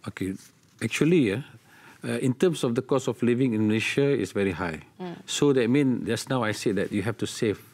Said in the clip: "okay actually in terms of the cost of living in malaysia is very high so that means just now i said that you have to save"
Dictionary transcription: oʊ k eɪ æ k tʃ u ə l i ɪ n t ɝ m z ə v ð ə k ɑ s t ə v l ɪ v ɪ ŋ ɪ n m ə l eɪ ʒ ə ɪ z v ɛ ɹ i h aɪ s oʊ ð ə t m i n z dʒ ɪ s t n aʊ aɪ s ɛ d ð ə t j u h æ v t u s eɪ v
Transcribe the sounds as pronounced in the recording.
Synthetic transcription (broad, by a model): oʊ k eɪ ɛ k tʃ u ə l i ɪ n t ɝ m s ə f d ə k ɑ s ə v l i v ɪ ŋ ɪ n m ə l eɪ ʃ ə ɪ s v ɛ ɹ i h aɪ s oʊ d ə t m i n dʒ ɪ s n aʊ aɪ s ɛ d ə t j u h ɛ f t u s eɪ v